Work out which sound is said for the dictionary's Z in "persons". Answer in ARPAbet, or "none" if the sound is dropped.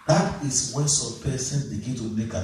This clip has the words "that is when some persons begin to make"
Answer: none